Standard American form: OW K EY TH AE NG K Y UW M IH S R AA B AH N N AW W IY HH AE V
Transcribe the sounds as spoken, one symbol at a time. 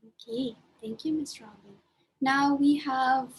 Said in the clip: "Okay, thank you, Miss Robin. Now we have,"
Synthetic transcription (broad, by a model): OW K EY TH AE NG K Y UW M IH S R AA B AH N N AW W IY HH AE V